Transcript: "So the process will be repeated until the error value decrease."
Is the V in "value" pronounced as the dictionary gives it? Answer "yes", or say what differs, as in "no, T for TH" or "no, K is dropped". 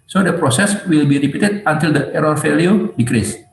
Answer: no, F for V